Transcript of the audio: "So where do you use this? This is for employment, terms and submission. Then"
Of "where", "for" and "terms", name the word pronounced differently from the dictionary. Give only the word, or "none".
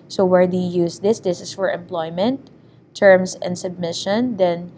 terms